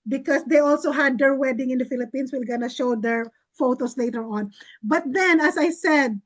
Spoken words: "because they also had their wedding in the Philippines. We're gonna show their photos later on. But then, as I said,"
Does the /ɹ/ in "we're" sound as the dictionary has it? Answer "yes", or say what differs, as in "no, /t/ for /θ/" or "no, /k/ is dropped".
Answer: no, /l/ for /ɹ/